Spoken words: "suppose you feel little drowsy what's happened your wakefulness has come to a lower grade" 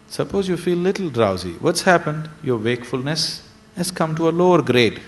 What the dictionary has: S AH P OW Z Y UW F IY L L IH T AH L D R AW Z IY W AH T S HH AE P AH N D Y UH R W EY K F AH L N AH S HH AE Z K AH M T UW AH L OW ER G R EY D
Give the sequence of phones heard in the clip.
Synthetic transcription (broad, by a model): S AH P OW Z Y UW F IY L L IH T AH L D R AW Z IY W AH T S HH AE P AH N D Y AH R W EY K F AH L N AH S HH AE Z K AH M T UW AH L OW ER G R EY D